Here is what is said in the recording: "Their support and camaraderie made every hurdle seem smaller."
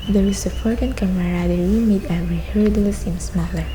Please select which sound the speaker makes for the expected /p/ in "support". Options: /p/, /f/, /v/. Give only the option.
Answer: /f/